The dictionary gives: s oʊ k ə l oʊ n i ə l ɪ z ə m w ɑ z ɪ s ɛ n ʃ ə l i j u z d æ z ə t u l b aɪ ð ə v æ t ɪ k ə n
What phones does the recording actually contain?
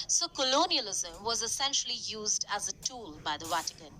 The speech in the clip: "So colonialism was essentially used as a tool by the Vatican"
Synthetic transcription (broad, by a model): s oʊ k ə l oʊ n i ə l ɪ z ə m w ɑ z ɪ s ɛ n ʃ ə l i j u z d æ z ə t u l b aɪ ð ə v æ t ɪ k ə n